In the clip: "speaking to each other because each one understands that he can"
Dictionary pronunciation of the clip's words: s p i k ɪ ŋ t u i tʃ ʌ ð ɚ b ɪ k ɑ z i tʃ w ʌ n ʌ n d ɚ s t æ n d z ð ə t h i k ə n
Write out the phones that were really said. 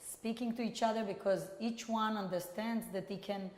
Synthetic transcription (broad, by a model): s p i k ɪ ŋ t u i tʃ ʌ ð ɚ b ɪ k ɑ z i tʃ w ʌ n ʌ n d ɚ s t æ n d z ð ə t h i k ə n